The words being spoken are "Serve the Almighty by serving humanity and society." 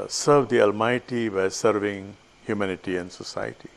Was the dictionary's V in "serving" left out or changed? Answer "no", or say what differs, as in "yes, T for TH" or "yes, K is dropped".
no